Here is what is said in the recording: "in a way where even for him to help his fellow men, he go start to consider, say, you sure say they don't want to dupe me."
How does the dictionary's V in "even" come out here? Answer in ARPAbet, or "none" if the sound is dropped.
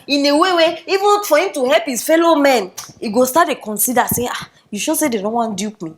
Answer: V